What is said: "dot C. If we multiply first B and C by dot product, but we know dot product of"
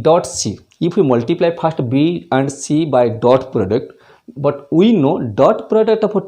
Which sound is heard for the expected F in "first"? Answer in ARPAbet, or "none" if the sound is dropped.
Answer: P